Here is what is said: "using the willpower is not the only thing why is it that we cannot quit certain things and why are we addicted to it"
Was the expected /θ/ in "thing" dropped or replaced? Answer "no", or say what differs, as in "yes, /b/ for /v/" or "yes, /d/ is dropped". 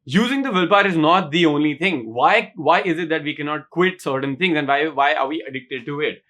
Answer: yes, /t/ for /θ/